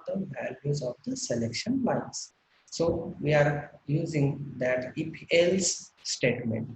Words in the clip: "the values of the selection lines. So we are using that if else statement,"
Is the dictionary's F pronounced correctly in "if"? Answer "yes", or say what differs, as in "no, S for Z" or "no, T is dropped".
no, P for F